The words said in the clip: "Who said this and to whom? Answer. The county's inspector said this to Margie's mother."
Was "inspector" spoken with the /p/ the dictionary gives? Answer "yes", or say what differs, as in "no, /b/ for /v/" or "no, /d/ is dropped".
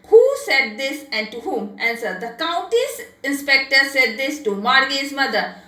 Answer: yes